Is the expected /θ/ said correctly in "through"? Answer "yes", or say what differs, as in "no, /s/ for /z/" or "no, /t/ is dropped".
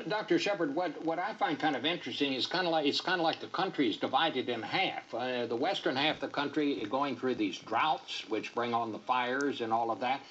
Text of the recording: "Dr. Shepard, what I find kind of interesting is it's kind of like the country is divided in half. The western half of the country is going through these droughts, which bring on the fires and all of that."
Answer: yes